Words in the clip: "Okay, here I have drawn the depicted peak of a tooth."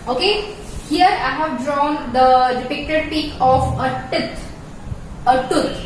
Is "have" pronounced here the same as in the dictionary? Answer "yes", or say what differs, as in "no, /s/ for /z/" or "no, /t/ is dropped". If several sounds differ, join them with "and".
yes